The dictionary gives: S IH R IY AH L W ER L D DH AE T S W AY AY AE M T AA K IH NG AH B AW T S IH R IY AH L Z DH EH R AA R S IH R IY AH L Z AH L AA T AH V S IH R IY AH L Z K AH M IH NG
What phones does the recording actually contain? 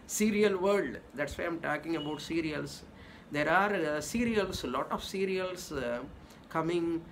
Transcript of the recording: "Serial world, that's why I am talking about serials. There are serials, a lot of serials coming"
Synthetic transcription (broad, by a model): S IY R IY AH L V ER D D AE T S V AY AY M T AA K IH NG AH B AW T S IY R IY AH L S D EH R AA R S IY R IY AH L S L AA T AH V S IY R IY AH L S K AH M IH NG